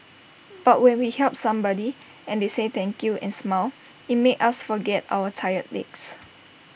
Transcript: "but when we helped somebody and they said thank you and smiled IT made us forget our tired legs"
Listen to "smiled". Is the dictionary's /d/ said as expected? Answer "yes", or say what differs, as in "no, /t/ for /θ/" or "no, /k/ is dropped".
no, /d/ is dropped